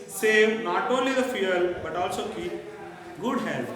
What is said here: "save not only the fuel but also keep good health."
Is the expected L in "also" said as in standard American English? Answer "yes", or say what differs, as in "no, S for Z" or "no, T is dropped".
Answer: yes